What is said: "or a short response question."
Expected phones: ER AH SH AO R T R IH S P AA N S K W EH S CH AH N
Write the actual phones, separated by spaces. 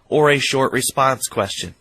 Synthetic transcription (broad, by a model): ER AH SH AO R T R IH S P AA N S K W EH S CH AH N